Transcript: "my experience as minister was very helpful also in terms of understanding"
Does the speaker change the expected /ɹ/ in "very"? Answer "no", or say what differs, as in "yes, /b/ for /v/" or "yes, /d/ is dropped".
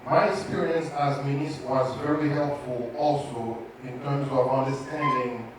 no